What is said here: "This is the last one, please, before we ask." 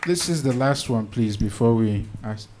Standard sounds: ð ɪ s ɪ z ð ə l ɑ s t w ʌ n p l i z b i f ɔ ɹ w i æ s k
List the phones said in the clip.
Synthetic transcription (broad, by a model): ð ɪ s ɪ z ð ə l ɑ s t w ʌ n p l i z b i f ɔ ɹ w i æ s